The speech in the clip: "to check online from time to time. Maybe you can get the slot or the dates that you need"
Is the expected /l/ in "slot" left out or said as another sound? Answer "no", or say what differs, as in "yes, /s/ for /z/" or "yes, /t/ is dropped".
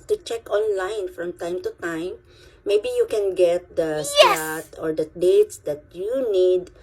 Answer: yes, /l/ is dropped